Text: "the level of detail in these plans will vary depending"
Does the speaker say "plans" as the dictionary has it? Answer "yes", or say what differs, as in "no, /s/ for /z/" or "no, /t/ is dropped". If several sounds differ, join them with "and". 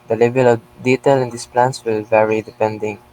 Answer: no, /s/ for /z/